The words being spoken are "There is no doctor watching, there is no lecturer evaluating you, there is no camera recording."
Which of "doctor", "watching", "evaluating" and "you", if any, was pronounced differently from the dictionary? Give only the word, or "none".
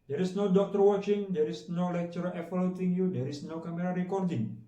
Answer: evaluating